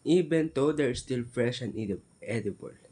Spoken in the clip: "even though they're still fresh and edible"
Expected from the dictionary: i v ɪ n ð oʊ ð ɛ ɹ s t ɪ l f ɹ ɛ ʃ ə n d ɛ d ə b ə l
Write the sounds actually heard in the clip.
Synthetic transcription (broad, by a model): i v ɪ n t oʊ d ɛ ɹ s t ɪ l f ɹ ɛ ʃ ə n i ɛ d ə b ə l